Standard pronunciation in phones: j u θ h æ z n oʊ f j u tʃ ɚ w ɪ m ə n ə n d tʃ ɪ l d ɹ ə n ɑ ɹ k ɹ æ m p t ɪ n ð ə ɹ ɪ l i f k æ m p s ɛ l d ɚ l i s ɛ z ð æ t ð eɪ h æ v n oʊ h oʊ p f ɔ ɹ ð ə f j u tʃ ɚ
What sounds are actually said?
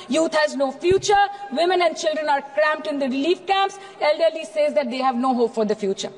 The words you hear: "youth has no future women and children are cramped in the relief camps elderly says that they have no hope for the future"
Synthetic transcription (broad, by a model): j u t h æ z n oʊ f j u tʃ ɚ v ɪ m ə n ə n d tʃ ɪ l d ɹ ə n ɑ ɹ k ɹ æ m p t ɪ n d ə ɹ ɪ l i f k æ m p s ɛ l d ɚ l i s ɛ z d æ t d eɪ h æ v n oʊ h oʊ p f ɔ ɹ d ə f j u tʃ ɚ